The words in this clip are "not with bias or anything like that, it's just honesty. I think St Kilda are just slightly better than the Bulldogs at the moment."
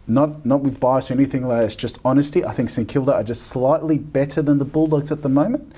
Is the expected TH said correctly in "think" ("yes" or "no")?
yes